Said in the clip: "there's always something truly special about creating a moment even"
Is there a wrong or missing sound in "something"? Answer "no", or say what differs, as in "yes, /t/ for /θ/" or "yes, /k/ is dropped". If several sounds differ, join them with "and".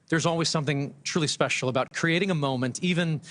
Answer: no